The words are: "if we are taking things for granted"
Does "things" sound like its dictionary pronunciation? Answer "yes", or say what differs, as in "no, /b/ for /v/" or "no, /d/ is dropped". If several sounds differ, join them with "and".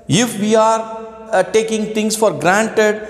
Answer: no, /t/ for /θ/